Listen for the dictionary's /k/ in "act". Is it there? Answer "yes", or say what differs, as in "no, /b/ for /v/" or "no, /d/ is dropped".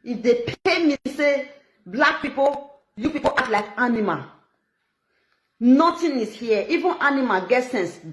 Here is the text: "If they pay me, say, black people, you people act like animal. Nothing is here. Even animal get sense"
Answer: no, /k/ is dropped